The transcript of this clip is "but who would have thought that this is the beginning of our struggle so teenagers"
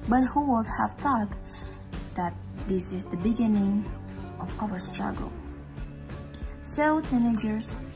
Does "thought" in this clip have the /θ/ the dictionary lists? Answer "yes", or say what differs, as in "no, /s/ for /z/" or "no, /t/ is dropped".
yes